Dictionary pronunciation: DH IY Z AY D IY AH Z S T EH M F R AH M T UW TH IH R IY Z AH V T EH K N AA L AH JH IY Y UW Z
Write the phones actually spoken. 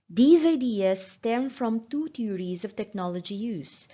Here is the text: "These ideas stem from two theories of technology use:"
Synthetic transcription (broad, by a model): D IY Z AY D IY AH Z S T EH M F R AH M T UW T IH R IY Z AH V T EH K N AA L AH JH IY Y UW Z